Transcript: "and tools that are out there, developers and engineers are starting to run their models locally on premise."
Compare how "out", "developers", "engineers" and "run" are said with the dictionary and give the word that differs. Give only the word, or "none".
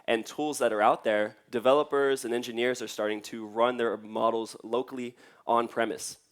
none